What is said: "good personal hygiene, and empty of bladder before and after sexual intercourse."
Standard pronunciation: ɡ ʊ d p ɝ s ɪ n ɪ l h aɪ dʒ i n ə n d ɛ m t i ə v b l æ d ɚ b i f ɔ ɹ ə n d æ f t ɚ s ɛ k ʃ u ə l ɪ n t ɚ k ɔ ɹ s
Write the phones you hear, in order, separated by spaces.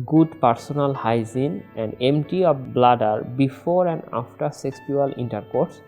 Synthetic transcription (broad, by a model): ɡ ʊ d p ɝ s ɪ n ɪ l h aɪ z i n ə n d ɛ m t i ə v b l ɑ d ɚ b i f ɔ ɹ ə n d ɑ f t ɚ s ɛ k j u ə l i n t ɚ k ɔ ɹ s